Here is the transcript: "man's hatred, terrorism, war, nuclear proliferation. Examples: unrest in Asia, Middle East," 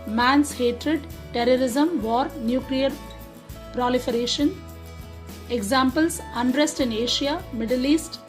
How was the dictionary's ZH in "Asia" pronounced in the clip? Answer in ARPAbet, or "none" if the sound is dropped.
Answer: SH